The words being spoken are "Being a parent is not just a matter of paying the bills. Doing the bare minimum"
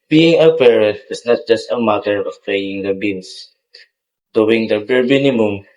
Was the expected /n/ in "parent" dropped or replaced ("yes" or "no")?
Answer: yes